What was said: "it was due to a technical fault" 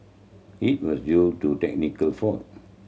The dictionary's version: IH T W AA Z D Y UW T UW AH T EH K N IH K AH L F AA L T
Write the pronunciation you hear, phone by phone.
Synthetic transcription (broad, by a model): IH T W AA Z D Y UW T UW T EH K N IH K AH L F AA T